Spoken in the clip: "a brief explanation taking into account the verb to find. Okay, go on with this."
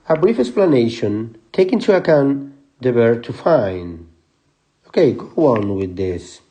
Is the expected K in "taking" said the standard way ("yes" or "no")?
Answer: no